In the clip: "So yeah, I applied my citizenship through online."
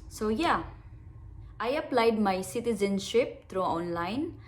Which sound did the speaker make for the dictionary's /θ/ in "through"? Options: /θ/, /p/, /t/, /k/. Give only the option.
/t/